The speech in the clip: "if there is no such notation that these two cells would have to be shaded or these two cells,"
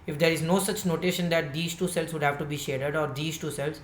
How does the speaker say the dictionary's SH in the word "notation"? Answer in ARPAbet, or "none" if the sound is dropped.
SH